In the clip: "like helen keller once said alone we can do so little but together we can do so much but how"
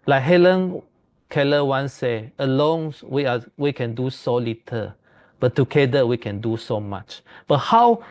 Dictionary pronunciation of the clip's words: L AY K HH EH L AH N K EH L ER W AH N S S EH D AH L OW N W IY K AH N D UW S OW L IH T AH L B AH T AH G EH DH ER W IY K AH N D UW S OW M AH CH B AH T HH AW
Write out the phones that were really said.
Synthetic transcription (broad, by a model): L AY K HH EH L AH N K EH L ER W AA N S S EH AH L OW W W IY K AH N D UW S OW L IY T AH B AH T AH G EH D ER W IY K AH N D UW S OW M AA CH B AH T HH AW